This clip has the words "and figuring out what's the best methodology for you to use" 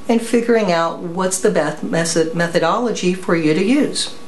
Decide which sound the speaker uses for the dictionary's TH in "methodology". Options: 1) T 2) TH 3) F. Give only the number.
2